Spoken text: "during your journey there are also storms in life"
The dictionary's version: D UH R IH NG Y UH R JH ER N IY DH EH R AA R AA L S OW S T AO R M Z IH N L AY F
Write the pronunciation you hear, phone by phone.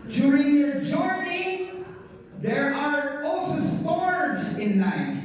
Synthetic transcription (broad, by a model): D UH R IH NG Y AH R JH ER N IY DH EH R AA R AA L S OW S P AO R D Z IH N AY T